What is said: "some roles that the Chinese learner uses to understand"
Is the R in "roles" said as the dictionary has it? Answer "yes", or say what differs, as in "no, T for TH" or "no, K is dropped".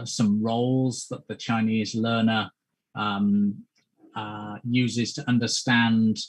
yes